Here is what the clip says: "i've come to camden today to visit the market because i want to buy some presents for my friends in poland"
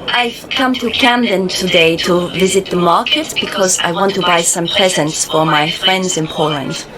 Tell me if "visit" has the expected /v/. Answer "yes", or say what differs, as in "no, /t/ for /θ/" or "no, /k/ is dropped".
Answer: yes